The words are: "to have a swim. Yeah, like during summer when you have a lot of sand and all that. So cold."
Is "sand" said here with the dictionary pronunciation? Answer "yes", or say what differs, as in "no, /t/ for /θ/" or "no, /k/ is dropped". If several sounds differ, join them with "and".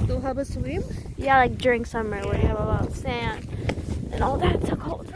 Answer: no, /d/ is dropped